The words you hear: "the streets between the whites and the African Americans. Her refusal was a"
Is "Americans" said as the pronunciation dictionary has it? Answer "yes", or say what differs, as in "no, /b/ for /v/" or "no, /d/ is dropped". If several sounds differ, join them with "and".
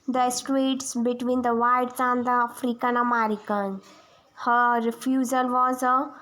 no, /z/ is dropped